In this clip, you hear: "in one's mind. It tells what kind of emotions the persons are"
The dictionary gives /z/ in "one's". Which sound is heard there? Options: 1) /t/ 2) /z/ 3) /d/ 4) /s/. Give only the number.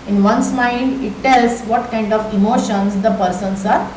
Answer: 4